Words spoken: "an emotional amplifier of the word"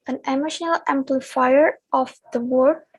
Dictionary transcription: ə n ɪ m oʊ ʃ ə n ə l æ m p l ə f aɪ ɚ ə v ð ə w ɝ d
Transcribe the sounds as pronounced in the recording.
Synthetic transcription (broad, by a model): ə n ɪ m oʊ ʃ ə n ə l æ m p l ə f aɪ ɚ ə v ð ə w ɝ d